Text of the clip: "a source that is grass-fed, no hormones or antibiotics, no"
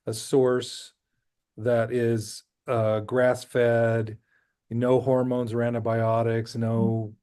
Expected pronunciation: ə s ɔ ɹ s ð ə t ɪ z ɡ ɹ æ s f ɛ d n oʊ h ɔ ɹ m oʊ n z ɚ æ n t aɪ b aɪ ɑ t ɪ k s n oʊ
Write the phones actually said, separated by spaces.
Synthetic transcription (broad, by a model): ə s ɔ ɹ s ð ə t ɪ z ɡ ɹ æ s f ɛ d n oʊ h ɔ ɹ m oʊ n z ɚ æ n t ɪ b aɪ ɑ t ɪ k s n oʊ